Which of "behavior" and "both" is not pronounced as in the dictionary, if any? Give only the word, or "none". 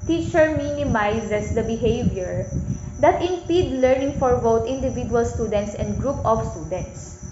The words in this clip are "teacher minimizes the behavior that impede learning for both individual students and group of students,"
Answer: both